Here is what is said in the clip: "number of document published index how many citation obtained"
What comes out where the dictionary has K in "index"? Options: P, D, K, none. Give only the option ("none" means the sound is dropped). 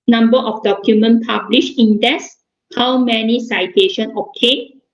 none